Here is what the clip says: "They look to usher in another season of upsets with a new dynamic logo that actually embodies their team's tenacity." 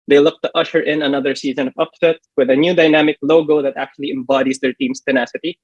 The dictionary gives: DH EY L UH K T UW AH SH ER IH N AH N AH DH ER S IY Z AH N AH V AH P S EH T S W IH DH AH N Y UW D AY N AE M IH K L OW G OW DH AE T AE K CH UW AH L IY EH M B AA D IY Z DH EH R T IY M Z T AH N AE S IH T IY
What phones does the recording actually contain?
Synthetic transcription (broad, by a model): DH EY L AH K T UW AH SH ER IH N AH N AH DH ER S IY Z AH N AH V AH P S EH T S W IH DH AH N Y UW D AY N AE M IH K L OW G OW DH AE T AE K CH UW AH L IY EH M B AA D IY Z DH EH R T IY M S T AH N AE S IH T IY